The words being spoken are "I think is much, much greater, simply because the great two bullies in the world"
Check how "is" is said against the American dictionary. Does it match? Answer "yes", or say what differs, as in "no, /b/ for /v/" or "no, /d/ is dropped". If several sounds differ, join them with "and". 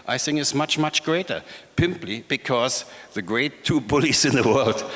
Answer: no, /s/ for /z/